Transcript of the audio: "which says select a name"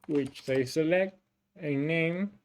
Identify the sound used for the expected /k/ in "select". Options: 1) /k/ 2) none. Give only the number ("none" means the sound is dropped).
1